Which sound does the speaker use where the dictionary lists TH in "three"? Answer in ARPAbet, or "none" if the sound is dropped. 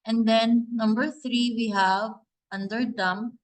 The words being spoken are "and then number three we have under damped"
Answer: T